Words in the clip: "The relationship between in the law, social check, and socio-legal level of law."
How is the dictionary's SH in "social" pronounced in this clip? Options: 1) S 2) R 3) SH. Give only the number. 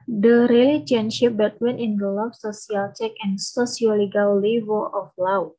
1